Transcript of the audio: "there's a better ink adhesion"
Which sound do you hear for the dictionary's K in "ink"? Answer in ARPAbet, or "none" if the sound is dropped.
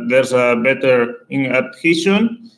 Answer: none